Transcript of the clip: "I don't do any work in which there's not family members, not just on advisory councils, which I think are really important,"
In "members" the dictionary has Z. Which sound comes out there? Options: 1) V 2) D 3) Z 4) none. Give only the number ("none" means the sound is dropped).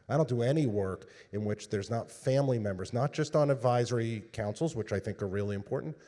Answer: 3